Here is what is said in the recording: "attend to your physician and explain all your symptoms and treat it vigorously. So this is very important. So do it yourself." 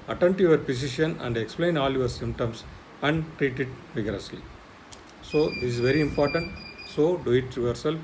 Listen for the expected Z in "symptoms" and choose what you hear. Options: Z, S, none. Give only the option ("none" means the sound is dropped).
S